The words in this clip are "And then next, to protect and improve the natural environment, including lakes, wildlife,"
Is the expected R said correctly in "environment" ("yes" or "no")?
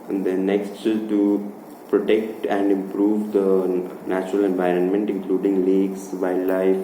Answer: yes